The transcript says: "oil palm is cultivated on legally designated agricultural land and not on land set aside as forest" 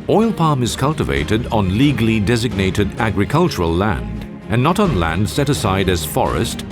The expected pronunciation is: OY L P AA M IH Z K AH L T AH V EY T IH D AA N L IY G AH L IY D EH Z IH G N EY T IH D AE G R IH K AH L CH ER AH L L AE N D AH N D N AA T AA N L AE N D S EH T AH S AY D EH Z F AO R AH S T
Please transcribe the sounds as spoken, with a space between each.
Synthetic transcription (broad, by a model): OY L P AA M IH Z K AH L T AH V EY T IH D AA N L IY G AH L IY D EH Z IH G N EY T IH D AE G R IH K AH L CH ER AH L L AE N D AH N N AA T N L AE N D S EH T AH S AY D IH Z F AO R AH S T